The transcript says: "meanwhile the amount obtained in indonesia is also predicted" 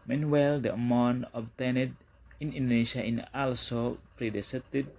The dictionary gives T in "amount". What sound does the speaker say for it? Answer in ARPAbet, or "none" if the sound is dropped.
none